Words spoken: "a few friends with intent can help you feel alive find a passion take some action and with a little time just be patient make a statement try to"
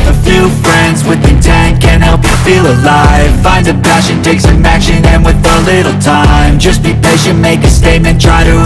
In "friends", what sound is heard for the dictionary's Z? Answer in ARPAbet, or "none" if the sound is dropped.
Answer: Z